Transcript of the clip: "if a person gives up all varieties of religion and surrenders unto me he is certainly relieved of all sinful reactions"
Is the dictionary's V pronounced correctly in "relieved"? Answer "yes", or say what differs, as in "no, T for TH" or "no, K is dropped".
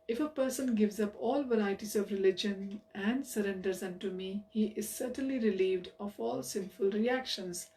yes